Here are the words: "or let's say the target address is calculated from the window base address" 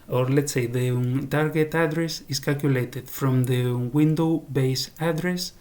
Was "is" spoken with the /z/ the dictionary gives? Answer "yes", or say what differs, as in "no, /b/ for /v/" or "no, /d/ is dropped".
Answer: no, /s/ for /z/